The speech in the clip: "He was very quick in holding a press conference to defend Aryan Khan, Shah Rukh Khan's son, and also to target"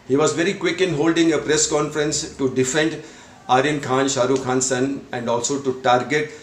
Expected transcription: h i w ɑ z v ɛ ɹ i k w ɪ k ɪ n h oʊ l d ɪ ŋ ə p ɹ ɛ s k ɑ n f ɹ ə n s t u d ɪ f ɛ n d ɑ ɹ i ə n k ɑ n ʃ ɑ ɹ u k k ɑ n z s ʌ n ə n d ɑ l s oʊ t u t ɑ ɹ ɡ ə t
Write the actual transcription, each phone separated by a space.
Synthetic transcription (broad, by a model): h i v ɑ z v ɛ ɹ i k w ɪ k ɪ n h oʊ l d ɪ ŋ ə p ɹ ɛ s k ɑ n f ɹ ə n s t u d ɪ f ɛ n d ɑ ɹ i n k ɑ n ʃ ɑ ɹ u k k ɑ n s ʌ n ə n d ɑ l s oʊ t u t ɑ ɹ ɡ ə t